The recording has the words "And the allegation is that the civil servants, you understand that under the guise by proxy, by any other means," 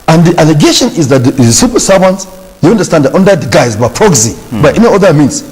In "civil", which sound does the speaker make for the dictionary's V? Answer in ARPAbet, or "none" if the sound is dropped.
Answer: P